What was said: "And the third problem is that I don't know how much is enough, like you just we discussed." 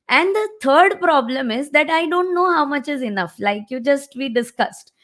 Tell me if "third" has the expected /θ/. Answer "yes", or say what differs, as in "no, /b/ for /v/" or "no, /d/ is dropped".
no, /t/ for /θ/